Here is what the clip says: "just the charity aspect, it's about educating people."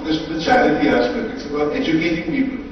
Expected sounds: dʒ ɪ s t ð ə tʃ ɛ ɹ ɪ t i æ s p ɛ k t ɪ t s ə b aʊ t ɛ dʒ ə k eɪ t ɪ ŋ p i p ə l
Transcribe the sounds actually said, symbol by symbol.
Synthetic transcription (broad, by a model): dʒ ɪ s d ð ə tʃ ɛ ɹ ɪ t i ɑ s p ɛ t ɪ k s ə b aʊ t ɛ dʒ ə k eɪ t ɪ ŋ p i p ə l